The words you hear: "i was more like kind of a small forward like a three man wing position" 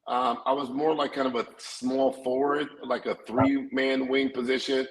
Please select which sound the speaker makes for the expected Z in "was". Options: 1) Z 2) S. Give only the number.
1